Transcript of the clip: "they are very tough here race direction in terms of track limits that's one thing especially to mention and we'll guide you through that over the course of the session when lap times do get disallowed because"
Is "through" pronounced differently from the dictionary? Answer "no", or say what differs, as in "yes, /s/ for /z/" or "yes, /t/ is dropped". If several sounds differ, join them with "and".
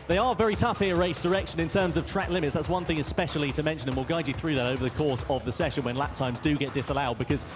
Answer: no